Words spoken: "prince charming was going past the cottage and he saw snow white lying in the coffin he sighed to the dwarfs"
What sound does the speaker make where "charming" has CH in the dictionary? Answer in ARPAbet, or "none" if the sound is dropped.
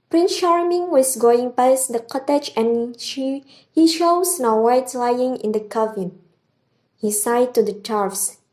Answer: SH